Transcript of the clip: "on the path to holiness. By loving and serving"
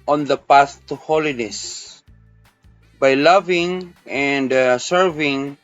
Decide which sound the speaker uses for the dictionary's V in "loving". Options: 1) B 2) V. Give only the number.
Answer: 2